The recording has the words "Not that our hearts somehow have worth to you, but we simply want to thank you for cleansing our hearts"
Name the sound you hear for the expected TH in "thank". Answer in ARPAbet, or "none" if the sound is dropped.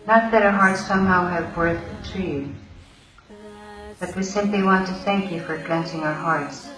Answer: TH